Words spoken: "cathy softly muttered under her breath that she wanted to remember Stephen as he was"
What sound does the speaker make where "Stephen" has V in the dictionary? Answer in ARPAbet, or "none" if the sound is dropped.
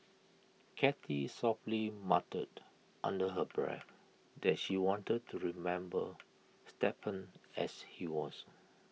P